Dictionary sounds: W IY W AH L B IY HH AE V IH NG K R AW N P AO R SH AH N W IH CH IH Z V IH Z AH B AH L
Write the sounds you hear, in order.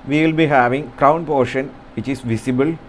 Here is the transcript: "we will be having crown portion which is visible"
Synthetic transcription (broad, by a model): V IY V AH L B IY HH AE V IH NG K R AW N P AO R SH AH N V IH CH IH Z V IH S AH B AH L